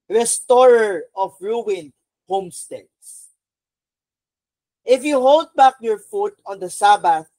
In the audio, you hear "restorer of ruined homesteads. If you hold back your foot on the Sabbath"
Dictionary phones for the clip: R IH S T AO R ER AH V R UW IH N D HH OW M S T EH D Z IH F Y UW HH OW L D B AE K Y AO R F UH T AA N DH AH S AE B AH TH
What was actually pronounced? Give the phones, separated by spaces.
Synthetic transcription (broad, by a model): R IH S T AO R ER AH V R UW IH N HH OW M S T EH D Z IH F Y UW HH OW L D B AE K Y AO R F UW T AA N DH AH S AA B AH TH